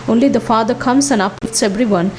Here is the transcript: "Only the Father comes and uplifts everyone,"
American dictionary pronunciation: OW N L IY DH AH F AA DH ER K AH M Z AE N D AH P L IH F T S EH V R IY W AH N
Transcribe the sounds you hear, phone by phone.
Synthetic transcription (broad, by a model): OW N L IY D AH F AA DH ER K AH M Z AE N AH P IH T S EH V R IY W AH N